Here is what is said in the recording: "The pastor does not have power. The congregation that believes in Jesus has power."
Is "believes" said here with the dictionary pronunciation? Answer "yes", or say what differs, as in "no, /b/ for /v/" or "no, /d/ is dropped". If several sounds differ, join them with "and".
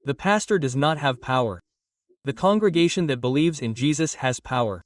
yes